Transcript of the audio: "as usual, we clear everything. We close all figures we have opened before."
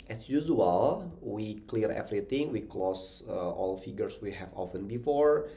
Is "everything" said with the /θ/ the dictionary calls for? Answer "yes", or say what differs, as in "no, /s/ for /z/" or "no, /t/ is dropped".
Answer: no, /t/ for /θ/